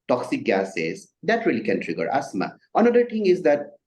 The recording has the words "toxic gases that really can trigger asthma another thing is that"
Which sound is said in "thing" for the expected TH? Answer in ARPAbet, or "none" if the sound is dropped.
T